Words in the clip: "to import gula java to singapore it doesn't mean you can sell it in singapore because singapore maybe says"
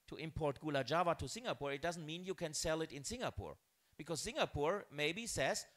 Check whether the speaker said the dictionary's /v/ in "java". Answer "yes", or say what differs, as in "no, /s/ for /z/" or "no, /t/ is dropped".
yes